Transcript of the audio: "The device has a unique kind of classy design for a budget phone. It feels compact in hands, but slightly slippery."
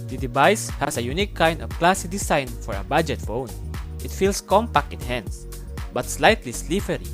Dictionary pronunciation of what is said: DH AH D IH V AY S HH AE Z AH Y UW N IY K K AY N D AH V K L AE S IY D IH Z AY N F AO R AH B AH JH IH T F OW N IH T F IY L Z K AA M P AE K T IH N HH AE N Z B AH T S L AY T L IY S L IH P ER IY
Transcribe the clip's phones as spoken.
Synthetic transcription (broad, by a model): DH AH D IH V AY S HH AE S AH Y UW N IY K K AY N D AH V K L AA S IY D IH S AY N F AO R AH B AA JH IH T F OW N IH T F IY L S K AA M P AE K T IH N HH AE N S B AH T S L AY T L IY S L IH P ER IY